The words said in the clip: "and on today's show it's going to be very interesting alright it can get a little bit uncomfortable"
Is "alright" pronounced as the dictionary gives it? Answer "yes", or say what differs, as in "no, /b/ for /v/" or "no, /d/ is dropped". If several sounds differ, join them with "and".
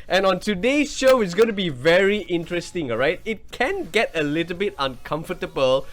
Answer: no, /l/ is dropped